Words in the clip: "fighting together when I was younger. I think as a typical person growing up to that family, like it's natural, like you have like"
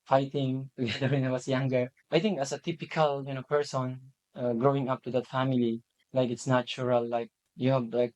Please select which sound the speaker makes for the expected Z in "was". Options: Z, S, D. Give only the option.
S